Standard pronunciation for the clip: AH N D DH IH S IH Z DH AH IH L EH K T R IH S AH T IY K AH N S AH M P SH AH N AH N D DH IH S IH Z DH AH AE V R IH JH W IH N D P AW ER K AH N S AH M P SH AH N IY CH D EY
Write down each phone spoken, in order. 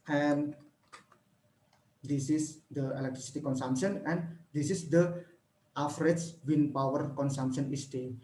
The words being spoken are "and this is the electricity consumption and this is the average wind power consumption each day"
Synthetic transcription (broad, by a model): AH N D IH S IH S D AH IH L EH K T R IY S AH T IY K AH N S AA M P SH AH N AH N D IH S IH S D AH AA F R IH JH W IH N P AW ER K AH N S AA M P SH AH N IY S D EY